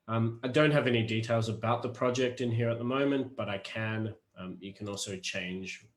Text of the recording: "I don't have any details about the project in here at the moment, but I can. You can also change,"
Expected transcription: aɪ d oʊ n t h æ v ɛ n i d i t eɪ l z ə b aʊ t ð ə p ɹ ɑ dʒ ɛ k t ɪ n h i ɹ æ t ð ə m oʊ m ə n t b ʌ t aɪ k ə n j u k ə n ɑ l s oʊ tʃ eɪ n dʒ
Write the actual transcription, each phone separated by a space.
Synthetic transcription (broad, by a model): aɪ d oʊ n t h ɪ v ɛ n i d i t eɪ l z ə b aʊ t ð ə p ɹ ɑ dʒ ɛ k t ɪ n h i ɹ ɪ t ð ə m oʊ m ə n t b ʌ t aɪ k ə n j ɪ k ə n ɑ l s oʊ tʃ eɪ n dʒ